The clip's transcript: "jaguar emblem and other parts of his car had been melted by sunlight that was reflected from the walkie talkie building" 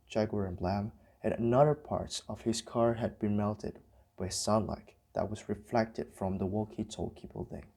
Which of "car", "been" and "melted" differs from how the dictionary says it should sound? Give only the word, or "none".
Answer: none